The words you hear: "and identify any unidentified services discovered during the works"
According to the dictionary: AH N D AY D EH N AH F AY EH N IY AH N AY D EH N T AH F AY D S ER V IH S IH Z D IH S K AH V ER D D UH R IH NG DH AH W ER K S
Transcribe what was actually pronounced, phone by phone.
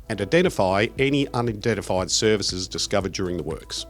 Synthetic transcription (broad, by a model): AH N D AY D EH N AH F AY EH N IY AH N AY D EH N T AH F AY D S ER V IH S IH Z D IH S K AH V ER D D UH R IH NG DH AH W ER K S